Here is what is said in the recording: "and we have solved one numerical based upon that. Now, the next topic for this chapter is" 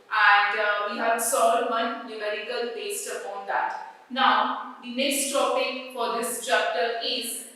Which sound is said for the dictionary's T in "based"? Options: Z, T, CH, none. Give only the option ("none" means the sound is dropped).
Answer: T